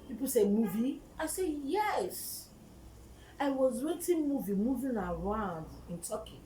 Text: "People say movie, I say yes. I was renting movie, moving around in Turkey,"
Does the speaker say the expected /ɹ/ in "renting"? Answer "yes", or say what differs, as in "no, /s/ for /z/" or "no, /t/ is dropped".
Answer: no, /w/ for /ɹ/